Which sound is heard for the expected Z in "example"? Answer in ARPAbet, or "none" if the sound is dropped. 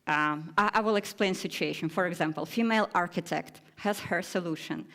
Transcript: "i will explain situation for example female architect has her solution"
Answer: Z